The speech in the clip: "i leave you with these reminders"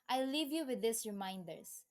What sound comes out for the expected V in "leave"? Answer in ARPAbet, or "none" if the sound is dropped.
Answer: V